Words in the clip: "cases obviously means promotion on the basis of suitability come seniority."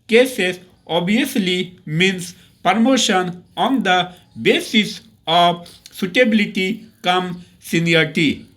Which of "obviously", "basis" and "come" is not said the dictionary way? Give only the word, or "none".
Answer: obviously